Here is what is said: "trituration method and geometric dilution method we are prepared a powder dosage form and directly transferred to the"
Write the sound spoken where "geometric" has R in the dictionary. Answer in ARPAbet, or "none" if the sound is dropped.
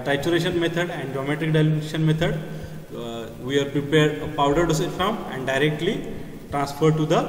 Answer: none